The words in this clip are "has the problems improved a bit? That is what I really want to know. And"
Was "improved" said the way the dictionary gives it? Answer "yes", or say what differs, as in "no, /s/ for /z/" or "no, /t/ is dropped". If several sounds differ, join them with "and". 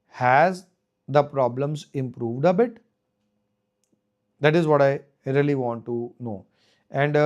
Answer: yes